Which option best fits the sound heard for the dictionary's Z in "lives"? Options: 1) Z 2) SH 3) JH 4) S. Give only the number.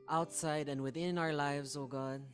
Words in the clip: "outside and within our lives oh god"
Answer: 1